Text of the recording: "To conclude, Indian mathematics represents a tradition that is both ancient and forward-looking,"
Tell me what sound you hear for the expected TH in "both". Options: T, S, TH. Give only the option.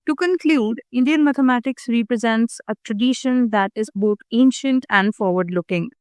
T